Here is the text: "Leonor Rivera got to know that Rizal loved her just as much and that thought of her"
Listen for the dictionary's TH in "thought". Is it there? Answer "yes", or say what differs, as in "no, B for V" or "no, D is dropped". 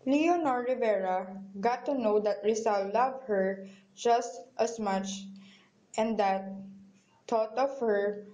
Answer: no, T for TH